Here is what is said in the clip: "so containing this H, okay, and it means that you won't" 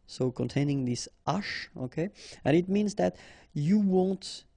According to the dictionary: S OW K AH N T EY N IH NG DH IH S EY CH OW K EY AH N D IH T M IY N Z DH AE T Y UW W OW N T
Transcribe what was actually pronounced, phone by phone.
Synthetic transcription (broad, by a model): S OW K AH N T EY N IH NG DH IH S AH SH OW K EY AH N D IH T M IY N Z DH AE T Y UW W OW N T